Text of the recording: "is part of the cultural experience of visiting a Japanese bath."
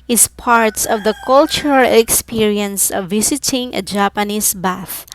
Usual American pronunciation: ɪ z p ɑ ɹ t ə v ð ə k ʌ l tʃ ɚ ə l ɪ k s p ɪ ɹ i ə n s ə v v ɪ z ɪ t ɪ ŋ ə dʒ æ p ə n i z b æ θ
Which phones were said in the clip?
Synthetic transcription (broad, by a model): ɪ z p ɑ ɹ t ə v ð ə k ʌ l tʃ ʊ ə l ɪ k s p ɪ ɹ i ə n s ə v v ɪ s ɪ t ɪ ŋ ə dʒ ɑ p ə n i s b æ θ